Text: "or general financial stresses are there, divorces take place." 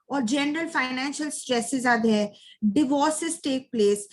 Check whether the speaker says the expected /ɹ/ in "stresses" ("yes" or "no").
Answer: yes